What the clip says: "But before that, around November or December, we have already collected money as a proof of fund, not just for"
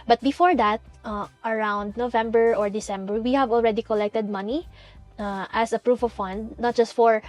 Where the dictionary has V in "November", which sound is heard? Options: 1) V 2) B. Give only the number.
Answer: 1